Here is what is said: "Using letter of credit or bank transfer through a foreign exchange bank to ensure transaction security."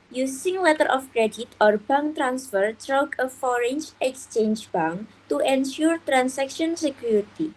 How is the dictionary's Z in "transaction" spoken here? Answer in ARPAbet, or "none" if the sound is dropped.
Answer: S